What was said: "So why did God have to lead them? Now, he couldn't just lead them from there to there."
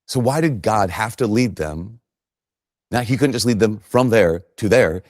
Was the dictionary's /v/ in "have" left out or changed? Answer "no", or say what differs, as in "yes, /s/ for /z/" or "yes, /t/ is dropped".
yes, /f/ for /v/